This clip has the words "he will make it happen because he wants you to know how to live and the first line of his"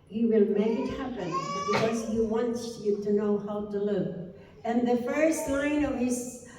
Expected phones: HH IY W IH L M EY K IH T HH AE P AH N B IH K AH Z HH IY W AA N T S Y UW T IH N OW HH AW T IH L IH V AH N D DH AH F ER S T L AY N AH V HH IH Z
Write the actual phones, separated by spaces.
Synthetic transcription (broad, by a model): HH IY W IH L M EY K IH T HH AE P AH N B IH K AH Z HH IY W AA N T S Y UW T IH N OW HH AW T IH L IH V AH N DH AH F ER S T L AY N AH V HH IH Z